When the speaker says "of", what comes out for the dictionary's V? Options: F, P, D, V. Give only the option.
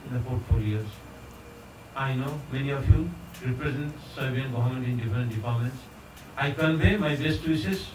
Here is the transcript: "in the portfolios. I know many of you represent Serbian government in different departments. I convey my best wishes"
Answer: F